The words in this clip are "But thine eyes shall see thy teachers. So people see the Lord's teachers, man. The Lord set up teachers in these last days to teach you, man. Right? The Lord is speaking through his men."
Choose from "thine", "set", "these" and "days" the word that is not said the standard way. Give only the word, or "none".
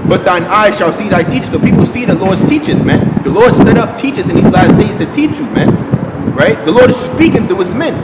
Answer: none